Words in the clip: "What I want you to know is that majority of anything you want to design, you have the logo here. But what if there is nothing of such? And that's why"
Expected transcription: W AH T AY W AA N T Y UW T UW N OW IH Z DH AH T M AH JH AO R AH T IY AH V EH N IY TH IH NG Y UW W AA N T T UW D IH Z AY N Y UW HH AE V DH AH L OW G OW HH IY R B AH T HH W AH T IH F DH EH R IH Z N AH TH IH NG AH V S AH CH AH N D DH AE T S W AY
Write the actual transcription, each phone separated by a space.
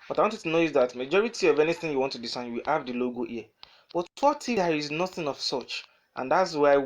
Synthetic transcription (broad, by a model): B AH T AY W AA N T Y T UW N OW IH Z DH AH T M AH JH AO R AH T IY AH V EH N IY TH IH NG Y UW W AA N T T UW D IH S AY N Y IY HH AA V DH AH L OW G OW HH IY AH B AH T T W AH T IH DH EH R IH Z N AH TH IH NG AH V S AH CH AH N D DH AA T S W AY